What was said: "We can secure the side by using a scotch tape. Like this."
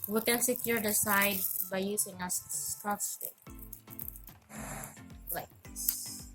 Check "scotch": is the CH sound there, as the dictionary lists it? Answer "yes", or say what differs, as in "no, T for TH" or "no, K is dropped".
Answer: no, S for CH